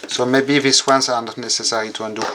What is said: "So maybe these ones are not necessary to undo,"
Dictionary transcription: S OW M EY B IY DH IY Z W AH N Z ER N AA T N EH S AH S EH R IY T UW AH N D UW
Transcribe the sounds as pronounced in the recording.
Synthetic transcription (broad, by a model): S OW M EY B IY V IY S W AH N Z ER N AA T N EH S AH S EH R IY T UW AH N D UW